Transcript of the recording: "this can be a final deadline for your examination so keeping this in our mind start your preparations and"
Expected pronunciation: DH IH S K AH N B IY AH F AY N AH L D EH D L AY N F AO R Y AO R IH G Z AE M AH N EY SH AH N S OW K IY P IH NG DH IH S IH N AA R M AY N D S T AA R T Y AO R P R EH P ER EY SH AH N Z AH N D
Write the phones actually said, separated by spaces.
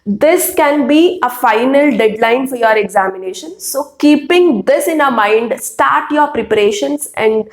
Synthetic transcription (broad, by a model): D IH S K AH N B IY AH F AY N AH L D EH D L AY N F AO R Y AO R IH G Z AE M AH N EY SH AH N S OW K IY P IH NG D IH S IH N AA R M AY N D S T AA R T Y AO R P R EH P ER EY SH AH N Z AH N D